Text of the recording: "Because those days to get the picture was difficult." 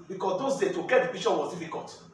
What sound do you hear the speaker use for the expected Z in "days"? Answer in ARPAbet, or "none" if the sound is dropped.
none